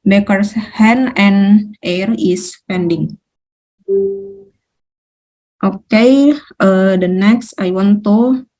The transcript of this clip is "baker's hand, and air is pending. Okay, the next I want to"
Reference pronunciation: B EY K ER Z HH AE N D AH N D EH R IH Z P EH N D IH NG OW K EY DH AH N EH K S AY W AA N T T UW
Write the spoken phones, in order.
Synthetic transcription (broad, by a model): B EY K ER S HH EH N AH N EH R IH S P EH N D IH NG OW K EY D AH N EH K S AY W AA N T T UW